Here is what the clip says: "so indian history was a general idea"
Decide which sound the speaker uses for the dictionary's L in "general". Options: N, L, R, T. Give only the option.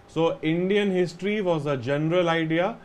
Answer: L